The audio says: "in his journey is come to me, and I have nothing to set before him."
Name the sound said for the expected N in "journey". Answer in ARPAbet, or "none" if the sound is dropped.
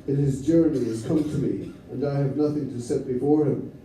N